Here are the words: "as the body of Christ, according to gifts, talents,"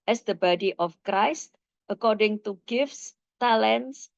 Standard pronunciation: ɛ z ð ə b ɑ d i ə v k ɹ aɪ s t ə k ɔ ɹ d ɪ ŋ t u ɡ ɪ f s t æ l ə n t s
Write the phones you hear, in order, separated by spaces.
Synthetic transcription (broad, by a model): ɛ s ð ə b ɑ d i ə f k ɹ aɪ s t ə k ɔ ɹ d ɪ ŋ t u ɡ ɪ f s t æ l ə n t s